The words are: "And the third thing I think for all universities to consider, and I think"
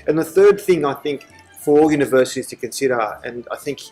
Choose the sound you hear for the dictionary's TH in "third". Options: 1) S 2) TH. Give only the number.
2